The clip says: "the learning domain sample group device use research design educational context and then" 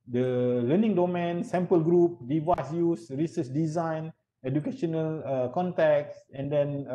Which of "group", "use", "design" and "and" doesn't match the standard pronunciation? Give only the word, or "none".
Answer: none